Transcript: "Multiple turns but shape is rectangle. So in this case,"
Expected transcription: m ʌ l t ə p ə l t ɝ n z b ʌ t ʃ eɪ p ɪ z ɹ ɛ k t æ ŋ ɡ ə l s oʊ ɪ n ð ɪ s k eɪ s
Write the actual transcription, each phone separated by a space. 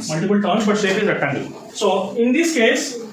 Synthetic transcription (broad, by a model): m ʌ l t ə p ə l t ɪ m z b ʌ t s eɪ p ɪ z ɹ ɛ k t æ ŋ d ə s oʊ ɪ n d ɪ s k eɪ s